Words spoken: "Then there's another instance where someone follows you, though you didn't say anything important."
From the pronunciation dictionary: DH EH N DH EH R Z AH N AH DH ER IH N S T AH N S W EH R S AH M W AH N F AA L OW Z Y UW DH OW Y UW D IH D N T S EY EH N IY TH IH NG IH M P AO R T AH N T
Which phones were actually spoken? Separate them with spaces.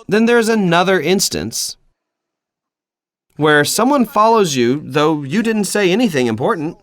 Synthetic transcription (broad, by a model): DH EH N DH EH R Z AH N AH DH ER IH N S T AH N S W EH R S AH M W AH N F AA L OW Z Y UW DH OW Y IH D IH D N T S EY EH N IY TH IH NG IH M P AO R T N T